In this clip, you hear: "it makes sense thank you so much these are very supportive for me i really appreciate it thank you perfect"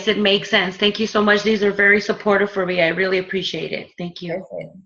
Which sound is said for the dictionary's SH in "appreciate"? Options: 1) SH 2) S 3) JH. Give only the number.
1